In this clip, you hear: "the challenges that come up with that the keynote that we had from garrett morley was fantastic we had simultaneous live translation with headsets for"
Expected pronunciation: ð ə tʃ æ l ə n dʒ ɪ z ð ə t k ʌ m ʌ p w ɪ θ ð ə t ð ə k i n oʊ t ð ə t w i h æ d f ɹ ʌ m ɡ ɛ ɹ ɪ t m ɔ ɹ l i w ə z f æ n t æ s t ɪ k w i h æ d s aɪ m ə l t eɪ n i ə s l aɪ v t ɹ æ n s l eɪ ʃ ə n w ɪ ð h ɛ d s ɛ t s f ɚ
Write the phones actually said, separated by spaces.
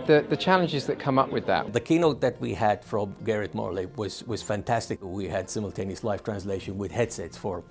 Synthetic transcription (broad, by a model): ð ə tʃ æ l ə n dʒ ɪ z ð ə t k ʌ m ʌ p w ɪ ð ə t ð ə k i n oʊ t ð ə t w i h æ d f ɹ ʌ m ɡ ɛ ɹ ɪ t m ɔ ɹ l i w ə z f æ n t æ s t ɪ k w i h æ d s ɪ m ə l t eɪ n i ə s l aɪ f t ɹ æ n s l eɪ ʃ ə n w ɪ ð h ɛ d s ɛ t s f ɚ